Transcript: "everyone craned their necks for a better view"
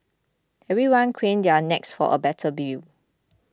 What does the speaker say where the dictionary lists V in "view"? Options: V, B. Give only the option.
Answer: B